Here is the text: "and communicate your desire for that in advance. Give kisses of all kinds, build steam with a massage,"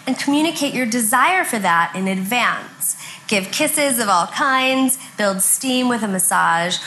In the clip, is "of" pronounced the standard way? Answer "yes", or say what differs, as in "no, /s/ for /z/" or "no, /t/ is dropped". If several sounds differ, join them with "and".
yes